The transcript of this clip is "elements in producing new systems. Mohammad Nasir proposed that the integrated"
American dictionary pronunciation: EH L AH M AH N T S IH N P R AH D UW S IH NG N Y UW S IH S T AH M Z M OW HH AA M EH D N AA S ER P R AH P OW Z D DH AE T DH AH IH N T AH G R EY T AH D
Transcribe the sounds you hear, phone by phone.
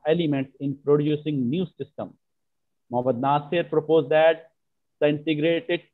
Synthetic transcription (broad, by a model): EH L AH M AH N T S IH N P R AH D UW S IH NG N Y UW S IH S T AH M M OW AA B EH D N AA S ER P R AH P OW Z D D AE T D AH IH N T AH G R EY T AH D